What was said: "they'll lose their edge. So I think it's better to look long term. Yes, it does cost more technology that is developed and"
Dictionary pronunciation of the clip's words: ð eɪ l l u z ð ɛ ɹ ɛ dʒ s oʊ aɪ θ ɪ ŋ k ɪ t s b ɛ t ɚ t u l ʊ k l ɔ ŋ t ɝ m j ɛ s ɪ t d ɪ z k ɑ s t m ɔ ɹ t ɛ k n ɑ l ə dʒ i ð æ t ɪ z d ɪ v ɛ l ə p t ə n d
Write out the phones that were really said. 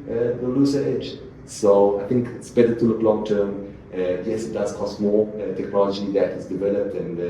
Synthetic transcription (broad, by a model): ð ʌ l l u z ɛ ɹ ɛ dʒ s oʊ aɪ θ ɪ ŋ k ɪ t s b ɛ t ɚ t u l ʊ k l ɔ ŋ t ɝ m j ɛ s ɪ t d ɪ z k ɑ s t m ɔ t ɛ k n ɑ l ə dʒ i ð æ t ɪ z d ɪ v ɛ l ə p t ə n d